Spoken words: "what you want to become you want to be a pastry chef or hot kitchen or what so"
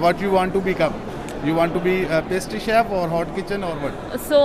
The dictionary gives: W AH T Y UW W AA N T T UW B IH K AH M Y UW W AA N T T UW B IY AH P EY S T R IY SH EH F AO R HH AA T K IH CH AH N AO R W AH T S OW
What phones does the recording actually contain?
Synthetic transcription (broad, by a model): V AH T Y UW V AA N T T UW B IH K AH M Y UW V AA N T T UW B IY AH P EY S T IY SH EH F AO R HH AA T K IH CH AH N AO R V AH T S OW